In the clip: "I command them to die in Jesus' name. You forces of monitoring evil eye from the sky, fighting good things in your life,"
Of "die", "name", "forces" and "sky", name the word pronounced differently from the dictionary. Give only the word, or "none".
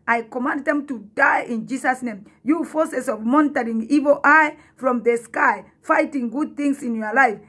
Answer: forces